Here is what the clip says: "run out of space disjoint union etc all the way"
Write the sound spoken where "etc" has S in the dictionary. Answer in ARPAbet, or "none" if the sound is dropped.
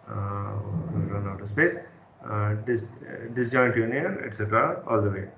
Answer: S